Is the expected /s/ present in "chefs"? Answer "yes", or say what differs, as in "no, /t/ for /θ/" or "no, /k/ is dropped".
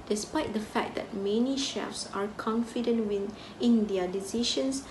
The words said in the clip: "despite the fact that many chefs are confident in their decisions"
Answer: yes